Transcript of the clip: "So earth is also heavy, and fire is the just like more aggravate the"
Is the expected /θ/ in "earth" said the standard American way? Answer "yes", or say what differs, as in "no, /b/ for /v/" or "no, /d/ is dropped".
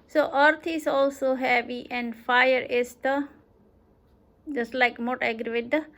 no, /t/ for /θ/